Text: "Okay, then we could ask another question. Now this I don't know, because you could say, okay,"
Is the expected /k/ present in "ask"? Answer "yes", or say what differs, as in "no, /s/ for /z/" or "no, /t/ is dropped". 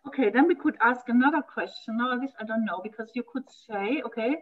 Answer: yes